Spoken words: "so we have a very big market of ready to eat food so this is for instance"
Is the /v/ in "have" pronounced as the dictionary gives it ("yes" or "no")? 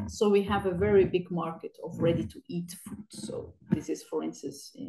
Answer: yes